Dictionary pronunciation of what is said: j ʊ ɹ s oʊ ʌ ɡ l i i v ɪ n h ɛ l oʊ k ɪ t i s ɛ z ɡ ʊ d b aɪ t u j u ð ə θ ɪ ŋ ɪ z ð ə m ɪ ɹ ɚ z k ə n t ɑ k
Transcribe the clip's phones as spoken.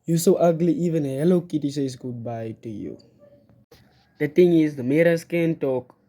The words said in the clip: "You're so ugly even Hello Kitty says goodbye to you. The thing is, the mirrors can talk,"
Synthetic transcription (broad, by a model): j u s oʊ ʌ ɡ l i i v ɪ n h ɛ l oʊ k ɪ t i s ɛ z ɡ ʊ d b aɪ t u j u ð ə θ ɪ ŋ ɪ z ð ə m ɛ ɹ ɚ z k ə n t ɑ k